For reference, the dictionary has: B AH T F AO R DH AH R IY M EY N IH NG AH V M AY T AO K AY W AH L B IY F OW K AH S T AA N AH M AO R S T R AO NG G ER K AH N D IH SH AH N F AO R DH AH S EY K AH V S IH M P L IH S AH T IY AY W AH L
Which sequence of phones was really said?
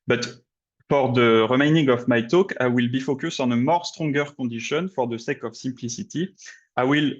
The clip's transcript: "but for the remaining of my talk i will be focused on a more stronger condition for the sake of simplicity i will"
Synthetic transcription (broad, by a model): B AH T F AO R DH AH R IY M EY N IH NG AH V M AY T AO K AY W AH L B IY F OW K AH S AA N AH M AO R S T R AO NG G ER K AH D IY SH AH N F AO R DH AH S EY K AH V S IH M P L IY S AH T IY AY W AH L